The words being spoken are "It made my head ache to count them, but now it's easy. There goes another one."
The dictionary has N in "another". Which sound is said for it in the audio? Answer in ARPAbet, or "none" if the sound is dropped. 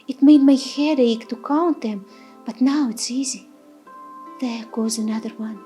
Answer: N